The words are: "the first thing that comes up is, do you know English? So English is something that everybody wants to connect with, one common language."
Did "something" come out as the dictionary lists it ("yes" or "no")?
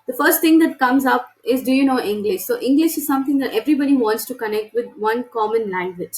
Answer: no